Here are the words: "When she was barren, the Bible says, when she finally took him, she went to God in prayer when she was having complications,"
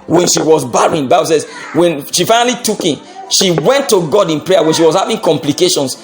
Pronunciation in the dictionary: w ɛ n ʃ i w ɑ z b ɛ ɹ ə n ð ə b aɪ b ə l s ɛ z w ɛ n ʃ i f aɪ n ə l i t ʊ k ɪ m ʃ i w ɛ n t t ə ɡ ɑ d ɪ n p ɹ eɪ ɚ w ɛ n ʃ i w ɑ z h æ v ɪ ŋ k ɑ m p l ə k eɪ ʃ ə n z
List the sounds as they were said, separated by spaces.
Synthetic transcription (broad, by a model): w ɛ n ʃ i w ɑ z b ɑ ɹ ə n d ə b aɪ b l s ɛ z w ɛ n ʃ i f aɪ n ə l i t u k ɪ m ʃ i w ɛ n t t ə ɡ ɑ d ɪ n p ɹ eɪ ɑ w ɛ n ʃ i w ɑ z h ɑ v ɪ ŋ k ɑ m p l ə k eɪ ʃ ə n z